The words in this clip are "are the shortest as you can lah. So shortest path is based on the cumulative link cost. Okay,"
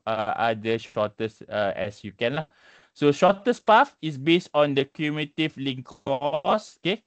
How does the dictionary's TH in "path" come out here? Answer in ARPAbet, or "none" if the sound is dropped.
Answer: F